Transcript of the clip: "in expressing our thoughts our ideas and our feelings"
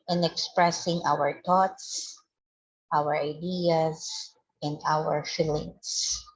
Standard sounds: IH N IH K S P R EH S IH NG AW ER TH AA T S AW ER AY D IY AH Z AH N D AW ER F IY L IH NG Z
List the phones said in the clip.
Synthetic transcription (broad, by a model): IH N IH K S P R EH S IH NG AW ER T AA T S AW ER AY D IY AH S AH N D AW ER F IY L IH NG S